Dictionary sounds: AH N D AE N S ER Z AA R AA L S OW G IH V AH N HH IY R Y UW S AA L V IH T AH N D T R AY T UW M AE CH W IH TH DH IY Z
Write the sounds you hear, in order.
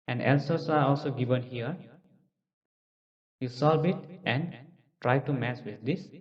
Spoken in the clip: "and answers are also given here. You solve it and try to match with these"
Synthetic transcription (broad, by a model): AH N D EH L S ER S AA R AA L S OW G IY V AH N HH IY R Y UW S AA L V IH T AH N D T R AY T UW M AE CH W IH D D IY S